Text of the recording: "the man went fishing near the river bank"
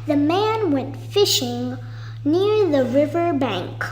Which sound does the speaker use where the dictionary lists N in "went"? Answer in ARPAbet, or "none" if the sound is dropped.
N